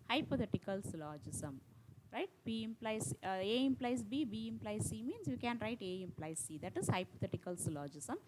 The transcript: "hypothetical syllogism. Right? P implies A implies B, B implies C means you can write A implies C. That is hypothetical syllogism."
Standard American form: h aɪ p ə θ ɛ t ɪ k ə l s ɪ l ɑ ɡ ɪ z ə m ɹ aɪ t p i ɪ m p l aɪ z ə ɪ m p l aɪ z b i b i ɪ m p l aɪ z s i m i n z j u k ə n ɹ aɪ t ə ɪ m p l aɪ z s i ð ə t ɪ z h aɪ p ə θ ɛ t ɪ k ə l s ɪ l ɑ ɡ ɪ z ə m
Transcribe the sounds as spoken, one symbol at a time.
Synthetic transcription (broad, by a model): h aɪ p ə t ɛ t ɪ k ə l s l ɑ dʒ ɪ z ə m ɹ aɪ t b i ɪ m p l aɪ s ə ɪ m p l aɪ s b i b i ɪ m p l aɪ s i m i n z j u k ə n ɹ aɪ t ə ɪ m p l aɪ s i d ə t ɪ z h aɪ p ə t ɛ t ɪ k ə l s l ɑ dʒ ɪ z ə m